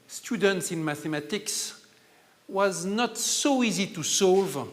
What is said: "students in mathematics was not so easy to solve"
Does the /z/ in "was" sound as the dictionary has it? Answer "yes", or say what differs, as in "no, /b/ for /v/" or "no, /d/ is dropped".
yes